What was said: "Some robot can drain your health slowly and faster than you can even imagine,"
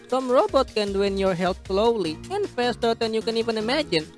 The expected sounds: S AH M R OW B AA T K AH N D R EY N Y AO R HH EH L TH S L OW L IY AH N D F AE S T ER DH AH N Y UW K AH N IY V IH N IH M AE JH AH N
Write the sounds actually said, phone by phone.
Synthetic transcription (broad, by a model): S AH M R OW B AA T K AH N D W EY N Y AO R HH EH L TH S L OW L IY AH N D F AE S T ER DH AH N Y UW K AH N IY V IH N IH M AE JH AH N